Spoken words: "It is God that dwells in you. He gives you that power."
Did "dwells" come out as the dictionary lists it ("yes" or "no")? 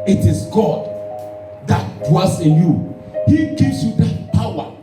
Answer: no